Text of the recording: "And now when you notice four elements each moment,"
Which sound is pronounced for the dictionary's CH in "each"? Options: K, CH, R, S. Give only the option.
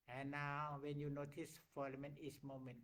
S